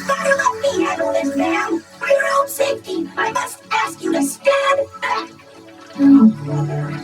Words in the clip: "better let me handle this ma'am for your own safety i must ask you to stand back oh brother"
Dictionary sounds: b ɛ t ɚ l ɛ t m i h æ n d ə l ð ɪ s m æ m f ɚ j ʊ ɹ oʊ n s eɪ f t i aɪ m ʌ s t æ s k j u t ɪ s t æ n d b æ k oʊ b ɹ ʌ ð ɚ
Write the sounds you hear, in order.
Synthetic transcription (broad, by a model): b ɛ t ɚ l ɛ t m i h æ d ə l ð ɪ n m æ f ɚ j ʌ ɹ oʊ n s eɪ f t i aɪ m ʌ s t æ s k j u t ɪ s t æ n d b æ k